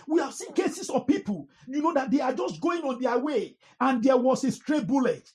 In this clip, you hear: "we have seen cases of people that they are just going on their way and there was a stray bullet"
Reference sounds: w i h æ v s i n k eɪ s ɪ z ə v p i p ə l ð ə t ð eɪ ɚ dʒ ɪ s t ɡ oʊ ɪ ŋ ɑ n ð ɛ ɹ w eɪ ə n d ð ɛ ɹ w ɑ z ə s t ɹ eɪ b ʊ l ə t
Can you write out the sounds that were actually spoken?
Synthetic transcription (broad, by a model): w i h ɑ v s i n k eɪ s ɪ s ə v p i p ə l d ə t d eɪ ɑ dʒ ɪ s t ɡ oʊ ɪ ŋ ɑ n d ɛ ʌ w eɪ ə n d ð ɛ w ɑ s ə s t ɹ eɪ b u l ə t